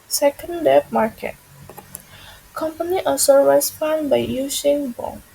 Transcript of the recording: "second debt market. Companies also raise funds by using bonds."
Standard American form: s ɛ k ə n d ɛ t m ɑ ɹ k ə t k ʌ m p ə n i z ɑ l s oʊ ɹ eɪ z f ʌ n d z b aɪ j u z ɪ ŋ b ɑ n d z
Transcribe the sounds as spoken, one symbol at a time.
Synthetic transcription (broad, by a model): s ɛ k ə n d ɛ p m ɑ ɹ k ə t k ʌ m p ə n i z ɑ s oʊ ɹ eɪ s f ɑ n b aɪ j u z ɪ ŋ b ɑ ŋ